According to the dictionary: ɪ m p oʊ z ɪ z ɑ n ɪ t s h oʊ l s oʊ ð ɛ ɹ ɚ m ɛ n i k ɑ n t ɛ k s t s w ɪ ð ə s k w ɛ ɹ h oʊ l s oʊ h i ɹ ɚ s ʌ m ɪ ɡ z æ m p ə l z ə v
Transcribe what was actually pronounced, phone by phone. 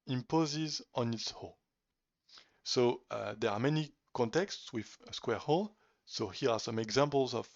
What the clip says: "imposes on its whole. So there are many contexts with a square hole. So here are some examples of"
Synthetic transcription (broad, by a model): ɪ m p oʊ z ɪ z ɑ n ɪ t s h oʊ s oʊ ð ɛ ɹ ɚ m ɛ n i k ɑ n t ɛ k s t s w ɪ ð ə s k w ɛ ɹ h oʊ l s oʊ h i ɹ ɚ s ʌ m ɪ ɡ z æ m p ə l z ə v